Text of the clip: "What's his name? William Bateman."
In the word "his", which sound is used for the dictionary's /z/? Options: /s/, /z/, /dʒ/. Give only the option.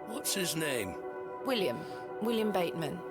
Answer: /z/